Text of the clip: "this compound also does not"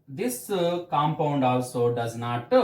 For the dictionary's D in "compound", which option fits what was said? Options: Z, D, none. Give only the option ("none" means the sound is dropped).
D